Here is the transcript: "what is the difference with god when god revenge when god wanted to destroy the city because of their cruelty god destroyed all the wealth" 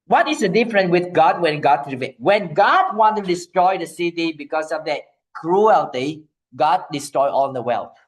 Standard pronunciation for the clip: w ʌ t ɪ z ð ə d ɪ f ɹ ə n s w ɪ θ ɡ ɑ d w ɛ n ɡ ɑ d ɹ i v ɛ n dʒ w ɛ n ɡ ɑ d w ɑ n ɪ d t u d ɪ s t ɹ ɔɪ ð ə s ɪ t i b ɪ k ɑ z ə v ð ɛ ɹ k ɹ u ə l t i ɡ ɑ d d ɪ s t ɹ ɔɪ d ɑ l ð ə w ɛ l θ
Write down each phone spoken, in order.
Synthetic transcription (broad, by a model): w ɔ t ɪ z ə d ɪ f ɹ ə n w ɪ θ ɡ ɑ d w ɛ n ɡ ɑ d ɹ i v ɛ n w ɛ n ɡ ɑ d w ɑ n t u d ɪ s t ɹ ɔɪ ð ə s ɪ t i b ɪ k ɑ s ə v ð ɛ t k ɹ u ə l t i ɡ ɑ d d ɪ s t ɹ ɔɪ ɑ l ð ə w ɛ l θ